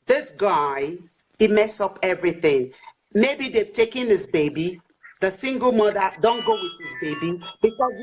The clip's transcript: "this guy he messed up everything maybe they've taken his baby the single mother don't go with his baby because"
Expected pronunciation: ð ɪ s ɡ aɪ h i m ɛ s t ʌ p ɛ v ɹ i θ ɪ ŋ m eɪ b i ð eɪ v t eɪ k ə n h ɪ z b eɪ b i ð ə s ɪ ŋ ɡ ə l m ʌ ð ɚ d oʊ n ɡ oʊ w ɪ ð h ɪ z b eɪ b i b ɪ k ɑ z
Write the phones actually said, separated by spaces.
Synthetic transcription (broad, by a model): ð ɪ s ɡ aɪ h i m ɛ s ʌ p ɛ v ɹ i θ ɪ ŋ m eɪ b i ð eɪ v t eɪ k ə n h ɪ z b eɪ b i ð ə s ɪ ŋ ɡ ə l m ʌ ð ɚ d oʊ n ɡ oʊ w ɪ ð h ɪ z b eɪ b i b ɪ k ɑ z